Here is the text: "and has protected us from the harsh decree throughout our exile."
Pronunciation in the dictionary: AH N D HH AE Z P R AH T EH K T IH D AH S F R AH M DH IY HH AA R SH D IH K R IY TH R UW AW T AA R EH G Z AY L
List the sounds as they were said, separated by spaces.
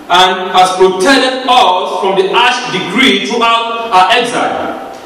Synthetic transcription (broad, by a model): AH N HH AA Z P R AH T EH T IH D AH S F R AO M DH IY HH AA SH D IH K R IY T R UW AW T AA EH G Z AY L